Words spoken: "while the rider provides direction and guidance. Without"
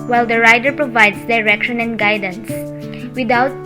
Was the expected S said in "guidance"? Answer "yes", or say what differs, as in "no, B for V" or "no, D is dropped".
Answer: yes